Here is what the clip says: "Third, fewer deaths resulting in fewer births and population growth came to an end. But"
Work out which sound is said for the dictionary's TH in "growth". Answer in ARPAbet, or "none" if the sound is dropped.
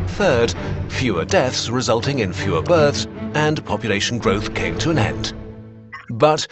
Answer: TH